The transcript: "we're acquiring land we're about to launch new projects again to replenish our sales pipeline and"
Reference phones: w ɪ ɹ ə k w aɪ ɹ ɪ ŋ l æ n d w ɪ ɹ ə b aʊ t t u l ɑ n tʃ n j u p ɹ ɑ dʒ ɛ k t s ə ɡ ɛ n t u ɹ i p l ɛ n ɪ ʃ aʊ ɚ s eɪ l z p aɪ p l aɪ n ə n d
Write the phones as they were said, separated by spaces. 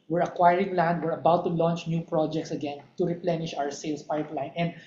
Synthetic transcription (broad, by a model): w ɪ ɹ ə k w aɪ ɹ ɪ ŋ l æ n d w ɪ ɹ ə b aʊ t t u l ɑ n tʃ n j u p ɹ ɑ dʒ ɛ k t s ə ɡ ɛ n t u ɹ i p l ɛ n ɪ ʃ aʊ ɚ s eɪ l s p aɪ p l aɪ n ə n d